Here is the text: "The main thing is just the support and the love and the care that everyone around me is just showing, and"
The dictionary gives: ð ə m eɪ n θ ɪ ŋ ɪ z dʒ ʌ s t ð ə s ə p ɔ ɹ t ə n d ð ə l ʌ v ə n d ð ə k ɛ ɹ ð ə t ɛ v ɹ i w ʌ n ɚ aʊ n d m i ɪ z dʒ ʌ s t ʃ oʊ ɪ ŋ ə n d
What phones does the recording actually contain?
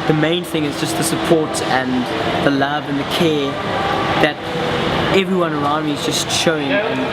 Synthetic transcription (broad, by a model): ð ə m eɪ n θ ɪ ŋ ɪ z dʒ ʌ s t ð ə s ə p ɔ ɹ t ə n ð ə l ʌ v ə n ð ə k ɛ ð ə t ɛ v ɹ i w ʌ n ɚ aʊ n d m i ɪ z dʒ ʌ s t ʃ oʊ ɪ ŋ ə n